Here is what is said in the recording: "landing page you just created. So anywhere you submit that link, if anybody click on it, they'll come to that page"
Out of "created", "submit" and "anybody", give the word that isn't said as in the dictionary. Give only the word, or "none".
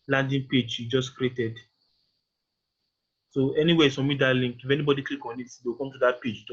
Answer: submit